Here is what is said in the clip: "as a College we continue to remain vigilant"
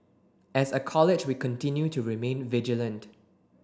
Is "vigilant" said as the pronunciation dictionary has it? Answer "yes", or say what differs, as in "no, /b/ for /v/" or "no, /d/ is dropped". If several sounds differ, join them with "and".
yes